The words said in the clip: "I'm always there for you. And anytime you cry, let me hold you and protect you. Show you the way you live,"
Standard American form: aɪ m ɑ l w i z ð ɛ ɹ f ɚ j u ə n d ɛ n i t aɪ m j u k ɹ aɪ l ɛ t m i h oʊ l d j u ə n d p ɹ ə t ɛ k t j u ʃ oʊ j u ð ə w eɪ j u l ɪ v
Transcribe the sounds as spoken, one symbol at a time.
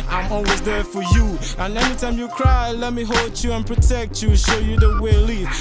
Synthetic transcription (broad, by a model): aɪ m ɑ l w i z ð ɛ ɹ f ɚ j u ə n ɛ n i t aɪ m j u k ɹ aɪ l ɛ t m i h oʊ l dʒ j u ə n p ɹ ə t ɛ k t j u ʃ oʊ j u ð ə w eɪ l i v